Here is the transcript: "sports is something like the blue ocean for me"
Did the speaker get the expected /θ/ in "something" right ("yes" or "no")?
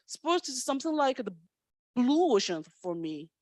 yes